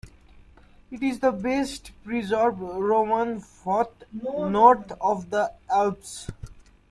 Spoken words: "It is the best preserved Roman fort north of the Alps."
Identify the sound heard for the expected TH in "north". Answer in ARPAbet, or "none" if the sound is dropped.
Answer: T